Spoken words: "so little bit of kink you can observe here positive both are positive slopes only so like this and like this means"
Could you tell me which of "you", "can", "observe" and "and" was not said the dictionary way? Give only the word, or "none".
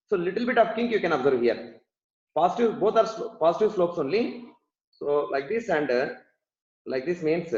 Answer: none